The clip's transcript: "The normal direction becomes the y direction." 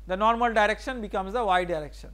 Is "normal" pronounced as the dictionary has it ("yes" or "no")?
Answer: yes